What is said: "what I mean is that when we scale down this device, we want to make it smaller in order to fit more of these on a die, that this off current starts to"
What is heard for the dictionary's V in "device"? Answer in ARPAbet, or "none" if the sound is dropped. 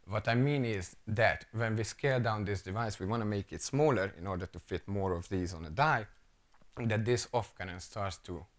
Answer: V